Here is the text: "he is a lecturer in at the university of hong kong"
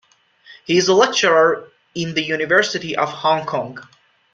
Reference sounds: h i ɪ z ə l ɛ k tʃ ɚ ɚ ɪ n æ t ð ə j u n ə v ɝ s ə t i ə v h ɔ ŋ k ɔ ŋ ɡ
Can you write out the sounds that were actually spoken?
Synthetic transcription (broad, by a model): h i ɪ z ə l ɛ k tʃ ɚ ɚ ɪ n ð ə j u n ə v ɝ s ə t i ə v h ɔ ŋ k ɔ ŋ ɡ